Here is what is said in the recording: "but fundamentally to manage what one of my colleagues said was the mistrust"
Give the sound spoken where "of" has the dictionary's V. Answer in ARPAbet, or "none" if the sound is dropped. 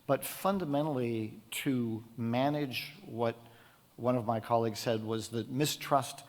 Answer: V